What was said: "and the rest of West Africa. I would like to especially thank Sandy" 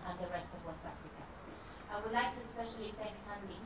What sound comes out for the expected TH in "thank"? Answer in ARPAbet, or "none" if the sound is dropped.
F